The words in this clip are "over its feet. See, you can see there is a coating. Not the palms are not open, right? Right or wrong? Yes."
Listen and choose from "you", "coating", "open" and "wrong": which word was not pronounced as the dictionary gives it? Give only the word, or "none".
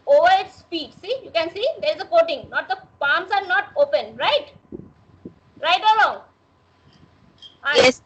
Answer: wrong